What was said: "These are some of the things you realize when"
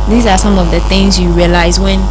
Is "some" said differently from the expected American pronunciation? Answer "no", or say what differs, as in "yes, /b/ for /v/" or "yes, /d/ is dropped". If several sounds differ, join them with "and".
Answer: no